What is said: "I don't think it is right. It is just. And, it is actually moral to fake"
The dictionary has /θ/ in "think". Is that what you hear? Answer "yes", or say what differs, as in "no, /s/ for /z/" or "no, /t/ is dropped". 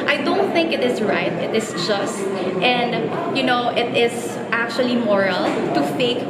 yes